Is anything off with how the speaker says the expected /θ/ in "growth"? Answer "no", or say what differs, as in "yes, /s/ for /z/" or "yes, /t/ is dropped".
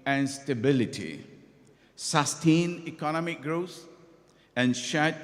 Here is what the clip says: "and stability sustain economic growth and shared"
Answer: yes, /s/ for /θ/